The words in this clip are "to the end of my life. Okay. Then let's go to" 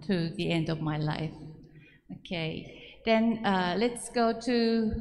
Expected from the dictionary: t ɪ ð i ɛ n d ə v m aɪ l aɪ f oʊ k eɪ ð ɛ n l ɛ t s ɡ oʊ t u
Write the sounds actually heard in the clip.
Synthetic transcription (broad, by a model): t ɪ ð i ɛ n d ə v m aɪ l aɪ f oʊ k eɪ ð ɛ n l ɛ t s ɡ oʊ t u